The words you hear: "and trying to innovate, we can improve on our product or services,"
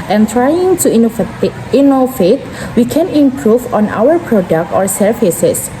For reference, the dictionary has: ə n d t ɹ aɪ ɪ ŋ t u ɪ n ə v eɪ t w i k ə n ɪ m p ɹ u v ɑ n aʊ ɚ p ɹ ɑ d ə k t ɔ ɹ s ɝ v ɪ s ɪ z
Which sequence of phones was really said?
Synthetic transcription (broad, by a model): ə n t ɹ aɪ ɪ ŋ t u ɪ n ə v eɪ t w i k ə n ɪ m p ɹ u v ɑ n aʊ ɚ p ɹ ɑ d ə k t ɔ ɹ s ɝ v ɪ s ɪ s